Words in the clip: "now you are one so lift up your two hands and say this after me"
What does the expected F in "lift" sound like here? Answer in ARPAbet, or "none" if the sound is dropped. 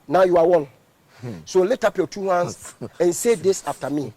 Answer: none